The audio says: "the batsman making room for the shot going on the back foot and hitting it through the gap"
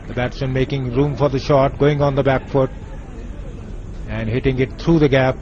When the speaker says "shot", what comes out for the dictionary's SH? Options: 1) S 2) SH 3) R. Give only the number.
2